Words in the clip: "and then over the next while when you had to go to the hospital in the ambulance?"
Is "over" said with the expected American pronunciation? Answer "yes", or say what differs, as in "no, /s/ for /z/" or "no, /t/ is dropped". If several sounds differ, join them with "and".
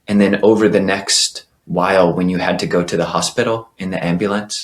yes